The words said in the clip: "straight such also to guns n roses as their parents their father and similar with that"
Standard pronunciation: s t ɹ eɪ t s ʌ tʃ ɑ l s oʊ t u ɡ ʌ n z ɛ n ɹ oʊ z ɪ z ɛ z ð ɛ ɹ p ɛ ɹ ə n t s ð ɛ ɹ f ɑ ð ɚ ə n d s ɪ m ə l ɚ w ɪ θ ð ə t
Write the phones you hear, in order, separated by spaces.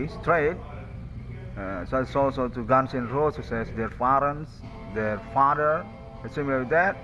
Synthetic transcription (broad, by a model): s t ɹ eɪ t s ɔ s ɑ l s oʊ t u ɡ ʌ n s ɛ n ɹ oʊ s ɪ s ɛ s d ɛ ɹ f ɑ ɹ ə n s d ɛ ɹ f ɑ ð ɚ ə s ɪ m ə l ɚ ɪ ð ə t